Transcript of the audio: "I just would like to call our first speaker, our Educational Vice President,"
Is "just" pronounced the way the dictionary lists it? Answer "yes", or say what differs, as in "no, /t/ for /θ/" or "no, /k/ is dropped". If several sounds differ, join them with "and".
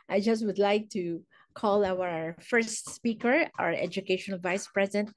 yes